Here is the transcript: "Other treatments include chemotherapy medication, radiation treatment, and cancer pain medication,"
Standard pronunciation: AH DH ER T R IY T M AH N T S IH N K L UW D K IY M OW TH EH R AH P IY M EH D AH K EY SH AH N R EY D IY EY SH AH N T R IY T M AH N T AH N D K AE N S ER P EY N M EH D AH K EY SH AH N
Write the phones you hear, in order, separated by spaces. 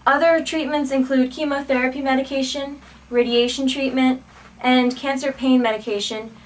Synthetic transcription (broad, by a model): AH DH ER T R IY T M AH N T S IH N K L UW D K IY M OW TH EH R AH P IY M EH D AH K EY SH AH N R EY D IY EY SH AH N T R IY T M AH N T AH N K AE N S ER P EY N M EH D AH K EY SH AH N